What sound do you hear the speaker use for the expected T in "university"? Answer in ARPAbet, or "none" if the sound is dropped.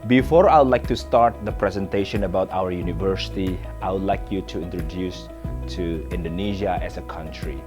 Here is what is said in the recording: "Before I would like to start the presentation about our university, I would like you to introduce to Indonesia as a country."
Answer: T